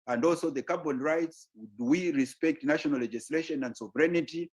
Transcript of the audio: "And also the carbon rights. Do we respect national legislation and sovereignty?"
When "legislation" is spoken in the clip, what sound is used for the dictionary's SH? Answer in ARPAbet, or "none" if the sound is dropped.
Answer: SH